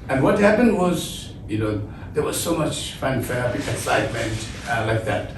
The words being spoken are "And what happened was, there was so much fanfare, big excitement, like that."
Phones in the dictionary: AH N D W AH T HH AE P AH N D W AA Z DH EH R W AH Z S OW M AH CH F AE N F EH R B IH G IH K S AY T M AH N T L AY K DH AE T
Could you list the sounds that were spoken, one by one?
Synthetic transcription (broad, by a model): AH N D W AH T HH AE P AH N D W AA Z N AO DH W AH Z S OW M AH CH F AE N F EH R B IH IH K S AY T M AH N T L AY K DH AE T